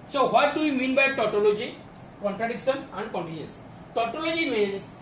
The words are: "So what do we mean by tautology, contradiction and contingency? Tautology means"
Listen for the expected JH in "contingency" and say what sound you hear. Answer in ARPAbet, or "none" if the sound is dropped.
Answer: none